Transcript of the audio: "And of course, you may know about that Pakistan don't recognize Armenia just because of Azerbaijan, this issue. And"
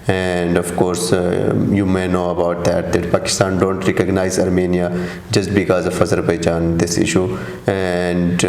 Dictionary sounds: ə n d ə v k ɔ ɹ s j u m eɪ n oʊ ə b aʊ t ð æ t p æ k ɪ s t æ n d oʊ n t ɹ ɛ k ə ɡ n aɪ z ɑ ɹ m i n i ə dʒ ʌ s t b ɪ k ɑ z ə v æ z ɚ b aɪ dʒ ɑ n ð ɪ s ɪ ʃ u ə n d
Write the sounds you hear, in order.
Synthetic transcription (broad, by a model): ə n d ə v k ɔ ɹ s j u m eɪ n oʊ ə b aʊ t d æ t p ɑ k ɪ s t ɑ n d oʊ n t ɹ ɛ k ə ɡ n aɪ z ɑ ɹ m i n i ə dʒ ʌ s t b ɪ k ɑ z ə f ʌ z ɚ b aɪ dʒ ɑ n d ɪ s ɪ ʃ u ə n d